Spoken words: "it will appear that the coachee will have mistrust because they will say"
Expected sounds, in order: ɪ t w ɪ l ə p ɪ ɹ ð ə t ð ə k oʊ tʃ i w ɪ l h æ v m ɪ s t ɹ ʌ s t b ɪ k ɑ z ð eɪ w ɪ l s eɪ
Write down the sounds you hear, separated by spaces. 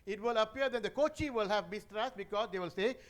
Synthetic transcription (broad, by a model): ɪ t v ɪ l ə p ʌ ɹ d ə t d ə k oʊ tʃ i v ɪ l h æ v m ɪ s t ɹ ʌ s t b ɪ k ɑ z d eɪ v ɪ l s eɪ